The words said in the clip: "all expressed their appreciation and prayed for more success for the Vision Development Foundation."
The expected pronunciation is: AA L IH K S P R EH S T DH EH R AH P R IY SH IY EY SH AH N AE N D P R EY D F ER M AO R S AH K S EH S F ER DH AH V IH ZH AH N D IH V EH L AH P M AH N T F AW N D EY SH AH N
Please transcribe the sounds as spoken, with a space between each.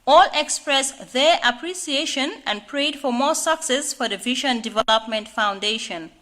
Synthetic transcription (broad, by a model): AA L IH K S P R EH S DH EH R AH P R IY S IY EY SH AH N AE N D P R EY D F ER M AO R S AH K S EH S F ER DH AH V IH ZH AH N D IH V EH L AH P M AH N T F AW N D EY SH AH N